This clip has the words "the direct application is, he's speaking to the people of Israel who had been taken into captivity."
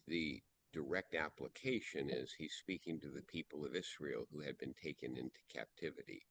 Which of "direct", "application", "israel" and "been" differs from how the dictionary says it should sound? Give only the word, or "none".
israel